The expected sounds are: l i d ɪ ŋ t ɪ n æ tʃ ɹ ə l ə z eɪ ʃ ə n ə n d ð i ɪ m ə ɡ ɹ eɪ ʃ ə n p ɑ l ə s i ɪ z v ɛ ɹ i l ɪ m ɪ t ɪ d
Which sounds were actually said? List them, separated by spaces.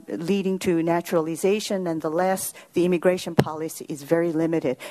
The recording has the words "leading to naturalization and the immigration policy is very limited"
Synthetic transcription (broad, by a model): l i d ɪ ŋ t ɪ n æ tʃ ɹ ə l ə z eɪ ʃ ə n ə n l ð i ɪ m ə ɡ ɹ eɪ ʃ ə n p ɑ l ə s i ɪ z v ɛ ɹ i l ɪ m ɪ t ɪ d